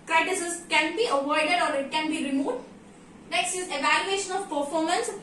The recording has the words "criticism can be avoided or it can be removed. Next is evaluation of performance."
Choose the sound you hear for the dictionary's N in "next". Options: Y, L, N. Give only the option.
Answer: L